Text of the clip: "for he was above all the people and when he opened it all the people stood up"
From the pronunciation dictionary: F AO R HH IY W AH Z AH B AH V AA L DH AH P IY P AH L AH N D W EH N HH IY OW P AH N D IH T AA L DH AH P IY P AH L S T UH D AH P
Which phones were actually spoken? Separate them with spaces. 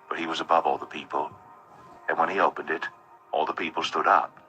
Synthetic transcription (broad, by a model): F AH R HH IY W AH Z AH B AH V AA L DH AH P IY P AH L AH N W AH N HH IY OW P AH N D IH T AA L DH AH P IY P L S T UH D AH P